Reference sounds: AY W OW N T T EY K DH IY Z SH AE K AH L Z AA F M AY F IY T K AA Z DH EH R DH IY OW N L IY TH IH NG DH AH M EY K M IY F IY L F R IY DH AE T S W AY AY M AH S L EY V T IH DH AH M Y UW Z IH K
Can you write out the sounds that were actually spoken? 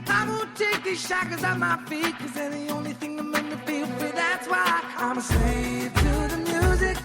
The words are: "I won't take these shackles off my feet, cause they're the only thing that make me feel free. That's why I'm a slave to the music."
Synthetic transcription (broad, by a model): AY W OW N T T EY K DH IY Z SH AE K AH Z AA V M AY F IY T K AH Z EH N DH IY OW N L IY TH IH NG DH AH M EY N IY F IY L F IY DH AE T S W AY AY M AH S EY T IH DH AH M Y UW Z IH K